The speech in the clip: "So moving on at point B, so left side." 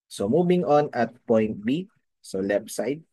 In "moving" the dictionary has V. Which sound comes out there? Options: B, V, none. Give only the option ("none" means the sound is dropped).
B